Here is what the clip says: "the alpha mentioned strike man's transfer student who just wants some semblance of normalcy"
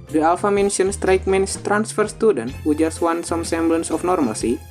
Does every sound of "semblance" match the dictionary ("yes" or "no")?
yes